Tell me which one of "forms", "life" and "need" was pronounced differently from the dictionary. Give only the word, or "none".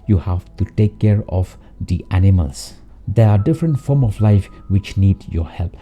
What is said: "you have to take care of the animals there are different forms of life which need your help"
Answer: forms